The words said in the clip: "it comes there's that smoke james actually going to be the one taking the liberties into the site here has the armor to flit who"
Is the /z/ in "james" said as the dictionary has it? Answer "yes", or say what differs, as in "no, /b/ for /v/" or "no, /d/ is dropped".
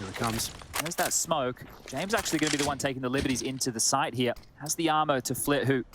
yes